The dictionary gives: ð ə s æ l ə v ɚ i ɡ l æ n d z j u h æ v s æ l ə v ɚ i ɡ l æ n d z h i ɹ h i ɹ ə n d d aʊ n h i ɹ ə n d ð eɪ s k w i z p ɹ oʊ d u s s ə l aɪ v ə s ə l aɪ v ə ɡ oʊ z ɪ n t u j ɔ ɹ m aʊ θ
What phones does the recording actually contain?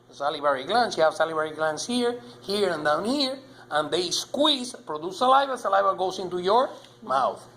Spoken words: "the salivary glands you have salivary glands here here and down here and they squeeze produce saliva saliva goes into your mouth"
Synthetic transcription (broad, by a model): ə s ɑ l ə b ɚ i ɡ l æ n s j u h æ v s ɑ l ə b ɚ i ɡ l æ n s h i ɹ h i ɹ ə n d d aʊ n h i ɹ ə n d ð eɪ s k w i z p ɹ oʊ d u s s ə l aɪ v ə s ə l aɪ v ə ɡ oʊ s ɪ n t u j ɔ ɹ m aʊ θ